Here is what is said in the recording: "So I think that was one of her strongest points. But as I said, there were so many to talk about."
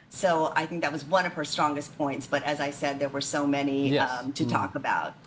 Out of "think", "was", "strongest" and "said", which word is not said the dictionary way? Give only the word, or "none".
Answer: none